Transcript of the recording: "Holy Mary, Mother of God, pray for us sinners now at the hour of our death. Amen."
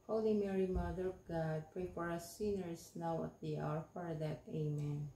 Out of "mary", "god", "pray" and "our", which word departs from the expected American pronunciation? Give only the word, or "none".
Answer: none